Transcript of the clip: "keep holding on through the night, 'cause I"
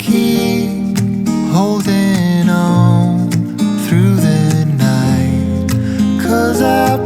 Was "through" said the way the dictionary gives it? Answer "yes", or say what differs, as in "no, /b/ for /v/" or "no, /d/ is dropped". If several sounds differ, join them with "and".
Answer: yes